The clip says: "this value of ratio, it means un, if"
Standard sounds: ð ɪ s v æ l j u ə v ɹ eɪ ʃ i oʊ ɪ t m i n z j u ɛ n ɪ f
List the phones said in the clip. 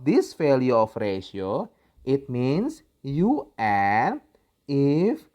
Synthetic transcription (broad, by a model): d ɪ s f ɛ l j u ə f ɹ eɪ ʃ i oʊ ɪ t m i n s j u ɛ ɪ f